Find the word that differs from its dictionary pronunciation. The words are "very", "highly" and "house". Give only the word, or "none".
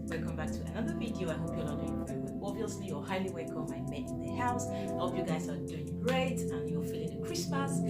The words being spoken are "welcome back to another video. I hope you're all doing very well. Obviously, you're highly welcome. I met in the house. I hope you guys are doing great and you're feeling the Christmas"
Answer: very